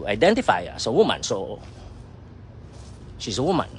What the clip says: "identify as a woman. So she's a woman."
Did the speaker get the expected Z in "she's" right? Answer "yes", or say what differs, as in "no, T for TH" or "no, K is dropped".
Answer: no, S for Z